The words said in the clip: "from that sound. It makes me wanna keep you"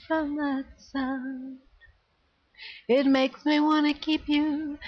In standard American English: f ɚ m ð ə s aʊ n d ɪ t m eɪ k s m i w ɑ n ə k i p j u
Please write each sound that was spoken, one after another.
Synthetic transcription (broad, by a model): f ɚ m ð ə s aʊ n ɪ t m eɪ k s m i w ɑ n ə k i p j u